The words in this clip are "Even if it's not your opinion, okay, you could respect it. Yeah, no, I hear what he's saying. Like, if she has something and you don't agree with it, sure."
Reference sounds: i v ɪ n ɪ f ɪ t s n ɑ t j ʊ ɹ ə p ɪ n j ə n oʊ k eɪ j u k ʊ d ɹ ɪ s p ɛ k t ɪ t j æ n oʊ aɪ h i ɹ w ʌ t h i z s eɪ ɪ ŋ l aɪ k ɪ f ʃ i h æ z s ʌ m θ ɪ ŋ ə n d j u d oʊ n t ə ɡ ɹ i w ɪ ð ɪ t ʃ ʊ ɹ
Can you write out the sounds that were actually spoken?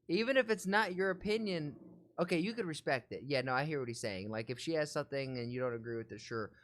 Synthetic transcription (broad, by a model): i v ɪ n ɪ f ɪ t s n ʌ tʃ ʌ ɹ ə p ɪ n j ə n oʊ k eɪ j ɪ k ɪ d ɹ ɪ s p ɛ k t ɪ t j æ n oʊ aɪ h i ɹ w ʌ t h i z s eɪ ɪ ŋ l aɪ k ɪ f ʃ i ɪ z s ʌ m θ ɪ ŋ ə n j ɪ d oʊ n t ə ɡ ɹ i w ɪ ð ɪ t ʃ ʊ ɹ